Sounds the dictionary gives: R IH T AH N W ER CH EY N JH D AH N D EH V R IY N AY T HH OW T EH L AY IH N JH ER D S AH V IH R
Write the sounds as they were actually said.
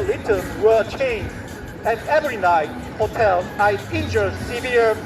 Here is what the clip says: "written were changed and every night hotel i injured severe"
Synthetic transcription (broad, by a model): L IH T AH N W ER CH EY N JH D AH N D EH V R IY N AY T HH OW T EH L AY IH N JH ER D S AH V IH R